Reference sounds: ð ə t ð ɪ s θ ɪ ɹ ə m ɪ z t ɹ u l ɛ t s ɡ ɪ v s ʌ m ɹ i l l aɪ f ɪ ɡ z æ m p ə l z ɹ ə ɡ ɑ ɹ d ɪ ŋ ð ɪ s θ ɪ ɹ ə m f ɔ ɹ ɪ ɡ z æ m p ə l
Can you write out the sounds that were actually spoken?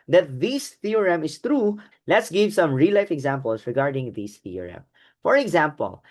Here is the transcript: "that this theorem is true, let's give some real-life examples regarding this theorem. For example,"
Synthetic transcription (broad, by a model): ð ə t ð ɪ s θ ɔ ɹ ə m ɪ s t ɹ u l ɛ t s ɡ ɪ v s ʌ m ɹ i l l aɪ f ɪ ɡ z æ m p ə l s ɹ ə ɡ ɑ ɹ d ɪ ŋ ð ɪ s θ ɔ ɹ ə m f ɔ ɹ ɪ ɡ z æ m p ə l